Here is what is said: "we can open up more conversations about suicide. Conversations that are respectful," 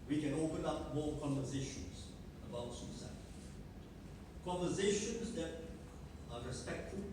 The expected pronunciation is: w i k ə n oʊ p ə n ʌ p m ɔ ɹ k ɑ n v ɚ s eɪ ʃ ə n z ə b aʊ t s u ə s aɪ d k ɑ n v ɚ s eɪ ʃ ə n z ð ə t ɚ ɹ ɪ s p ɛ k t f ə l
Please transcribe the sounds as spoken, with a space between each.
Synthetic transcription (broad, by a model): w i k ə n oʊ p ə n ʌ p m ɔ l k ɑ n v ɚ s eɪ ʃ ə n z ə b aʊ t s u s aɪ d k ɑ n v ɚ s eɪ ʃ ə n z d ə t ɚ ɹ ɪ s p ɛ k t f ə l